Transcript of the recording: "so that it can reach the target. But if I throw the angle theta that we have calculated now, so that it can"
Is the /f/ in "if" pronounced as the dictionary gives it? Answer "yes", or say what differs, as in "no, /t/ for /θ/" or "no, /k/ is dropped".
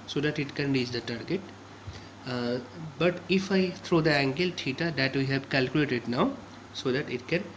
yes